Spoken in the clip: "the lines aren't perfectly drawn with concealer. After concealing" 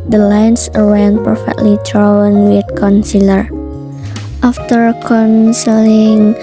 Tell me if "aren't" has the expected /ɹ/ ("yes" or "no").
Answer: no